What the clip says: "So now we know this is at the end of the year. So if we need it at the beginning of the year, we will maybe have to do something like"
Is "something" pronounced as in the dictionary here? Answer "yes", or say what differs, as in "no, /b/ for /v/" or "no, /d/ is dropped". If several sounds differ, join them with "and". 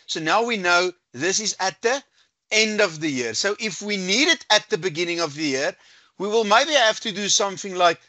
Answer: yes